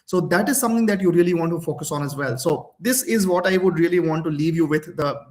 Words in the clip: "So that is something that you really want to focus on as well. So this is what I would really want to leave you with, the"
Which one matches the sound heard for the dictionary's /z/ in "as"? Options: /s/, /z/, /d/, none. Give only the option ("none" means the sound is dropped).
/z/